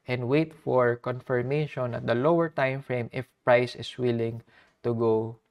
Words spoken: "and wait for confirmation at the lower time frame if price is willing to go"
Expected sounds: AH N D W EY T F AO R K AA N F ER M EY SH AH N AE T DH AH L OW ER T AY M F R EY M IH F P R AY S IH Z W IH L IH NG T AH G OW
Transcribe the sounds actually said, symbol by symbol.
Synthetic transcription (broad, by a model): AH N D W EY T F AO R K AA N F ER M EY SH AH N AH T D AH L OW ER T AY M F R EY M IH F P R AY S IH S W IH L IH NG T AH G OW